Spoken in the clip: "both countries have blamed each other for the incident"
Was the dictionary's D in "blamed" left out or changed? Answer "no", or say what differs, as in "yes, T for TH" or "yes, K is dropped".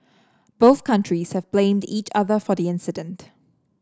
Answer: no